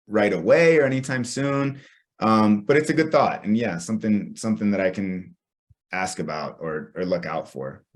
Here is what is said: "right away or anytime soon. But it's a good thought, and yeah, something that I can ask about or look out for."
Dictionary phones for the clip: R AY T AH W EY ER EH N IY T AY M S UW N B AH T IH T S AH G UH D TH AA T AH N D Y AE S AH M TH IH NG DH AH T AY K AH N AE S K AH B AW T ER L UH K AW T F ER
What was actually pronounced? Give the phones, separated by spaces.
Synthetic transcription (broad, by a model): R AY T AH W EY ER EH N IY T AY M S UW N B AH T IH T S AH G UH D TH AA T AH N Y AE S AH M TH IH NG DH AH T AY K AH N AE S K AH B AW T ER L UH K AW T F ER